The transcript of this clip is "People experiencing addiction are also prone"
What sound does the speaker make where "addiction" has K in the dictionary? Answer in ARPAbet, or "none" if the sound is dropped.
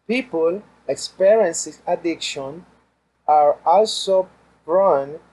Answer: K